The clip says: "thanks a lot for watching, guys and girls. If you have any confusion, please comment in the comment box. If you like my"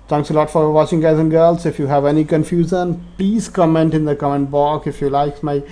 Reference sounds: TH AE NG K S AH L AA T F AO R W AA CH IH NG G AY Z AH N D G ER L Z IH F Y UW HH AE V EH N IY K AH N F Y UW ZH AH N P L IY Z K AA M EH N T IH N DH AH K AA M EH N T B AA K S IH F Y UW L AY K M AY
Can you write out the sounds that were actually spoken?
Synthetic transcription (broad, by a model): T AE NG K S AH L AA T F AO R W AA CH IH NG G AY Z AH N G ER L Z IH F Y UW HH AE V EH N IY K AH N F Y UW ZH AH N P L IY Z K AA M EH N T IH N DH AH K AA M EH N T B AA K IH F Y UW L AY K M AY